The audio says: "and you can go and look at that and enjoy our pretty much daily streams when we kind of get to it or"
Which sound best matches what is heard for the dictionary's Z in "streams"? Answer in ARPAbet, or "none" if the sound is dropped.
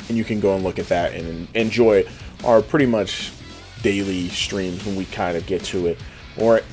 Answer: Z